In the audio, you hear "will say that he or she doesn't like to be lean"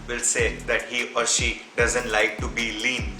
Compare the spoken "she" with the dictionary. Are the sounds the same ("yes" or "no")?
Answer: yes